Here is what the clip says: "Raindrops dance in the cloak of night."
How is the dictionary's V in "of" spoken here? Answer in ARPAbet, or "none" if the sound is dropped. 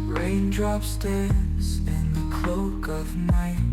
V